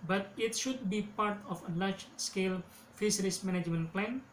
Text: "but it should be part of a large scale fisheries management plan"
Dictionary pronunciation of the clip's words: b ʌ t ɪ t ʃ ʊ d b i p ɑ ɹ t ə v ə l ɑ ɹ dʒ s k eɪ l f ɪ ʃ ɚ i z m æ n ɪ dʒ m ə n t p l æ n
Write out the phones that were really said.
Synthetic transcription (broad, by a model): b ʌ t ɪ t ʃ ʊ d b i p ɑ ɹ t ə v ə l ɑ ɹ dʒ s k eɪ l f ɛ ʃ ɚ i s m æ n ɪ dʒ m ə n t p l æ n